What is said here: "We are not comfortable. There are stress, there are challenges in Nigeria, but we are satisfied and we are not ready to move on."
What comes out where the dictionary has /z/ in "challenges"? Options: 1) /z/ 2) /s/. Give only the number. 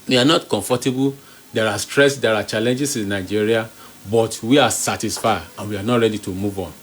2